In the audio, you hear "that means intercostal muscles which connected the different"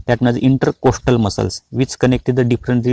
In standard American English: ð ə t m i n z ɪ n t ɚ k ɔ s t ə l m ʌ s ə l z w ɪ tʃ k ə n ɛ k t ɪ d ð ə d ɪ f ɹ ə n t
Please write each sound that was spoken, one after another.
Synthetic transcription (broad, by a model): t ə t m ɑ z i n t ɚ k ɔ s t ə l m ʌ s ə l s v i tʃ k ə n ɛ k t ɪ d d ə d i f ɹ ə n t